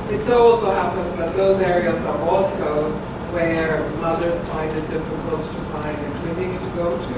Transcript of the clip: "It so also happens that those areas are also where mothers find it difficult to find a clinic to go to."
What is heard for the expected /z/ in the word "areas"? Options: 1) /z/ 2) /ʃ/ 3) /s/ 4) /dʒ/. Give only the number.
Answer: 1